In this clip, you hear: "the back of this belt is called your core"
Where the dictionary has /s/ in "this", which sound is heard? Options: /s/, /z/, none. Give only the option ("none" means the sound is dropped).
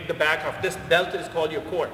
/s/